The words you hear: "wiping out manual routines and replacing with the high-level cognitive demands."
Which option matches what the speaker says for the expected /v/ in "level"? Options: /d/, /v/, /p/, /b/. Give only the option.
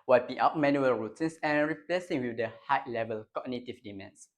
/v/